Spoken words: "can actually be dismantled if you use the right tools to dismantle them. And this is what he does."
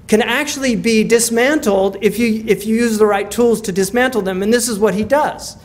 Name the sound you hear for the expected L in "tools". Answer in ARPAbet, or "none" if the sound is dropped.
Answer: L